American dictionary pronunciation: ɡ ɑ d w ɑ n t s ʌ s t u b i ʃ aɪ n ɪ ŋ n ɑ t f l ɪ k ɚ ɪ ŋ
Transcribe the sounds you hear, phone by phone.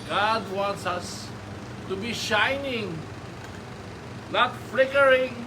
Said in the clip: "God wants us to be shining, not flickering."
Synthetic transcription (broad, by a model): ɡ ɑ d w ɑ n t s ʌ s t u b i ʃ aɪ n ɪ ŋ l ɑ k f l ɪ k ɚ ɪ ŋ